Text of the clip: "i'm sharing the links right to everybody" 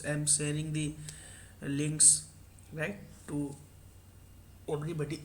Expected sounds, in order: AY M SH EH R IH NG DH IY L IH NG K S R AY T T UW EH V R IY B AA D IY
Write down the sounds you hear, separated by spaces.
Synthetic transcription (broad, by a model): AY M S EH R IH NG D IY L IH NG K S R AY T T UW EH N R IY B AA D IY